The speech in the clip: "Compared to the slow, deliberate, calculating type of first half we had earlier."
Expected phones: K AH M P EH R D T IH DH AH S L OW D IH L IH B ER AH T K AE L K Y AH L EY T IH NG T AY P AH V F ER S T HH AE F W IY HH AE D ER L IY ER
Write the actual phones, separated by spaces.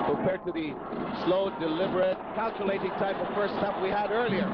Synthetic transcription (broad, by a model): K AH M P EH R D T IH DH AH S L OW D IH L IH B ER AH T K AE L K Y AH L EY T IH NG T AY P AH V F ER S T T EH P W IY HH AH D ER L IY ER